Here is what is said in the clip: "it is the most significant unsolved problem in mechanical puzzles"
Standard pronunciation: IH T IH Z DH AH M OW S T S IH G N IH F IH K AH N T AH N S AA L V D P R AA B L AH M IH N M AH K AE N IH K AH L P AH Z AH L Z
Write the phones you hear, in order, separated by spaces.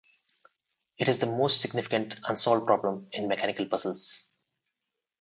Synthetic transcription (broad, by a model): IH T IH Z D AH M OW S T S IH G N IH F IH K AH N T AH N S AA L D P R AA B L AH M IH N M AH K AE N IH K AH L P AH S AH L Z